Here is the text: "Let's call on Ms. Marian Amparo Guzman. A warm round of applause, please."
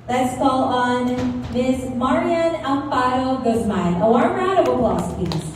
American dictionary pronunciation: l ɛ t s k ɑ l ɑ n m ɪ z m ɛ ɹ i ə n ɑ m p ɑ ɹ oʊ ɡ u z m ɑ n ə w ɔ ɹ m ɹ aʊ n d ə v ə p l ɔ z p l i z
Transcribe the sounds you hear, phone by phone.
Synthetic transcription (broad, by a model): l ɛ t s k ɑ l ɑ n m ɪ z m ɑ ɹ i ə n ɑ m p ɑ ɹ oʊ ɡ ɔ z m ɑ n ə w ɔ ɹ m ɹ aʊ d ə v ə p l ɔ s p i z